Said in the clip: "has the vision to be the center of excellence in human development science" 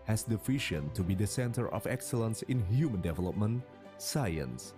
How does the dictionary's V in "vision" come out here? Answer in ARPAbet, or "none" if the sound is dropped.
F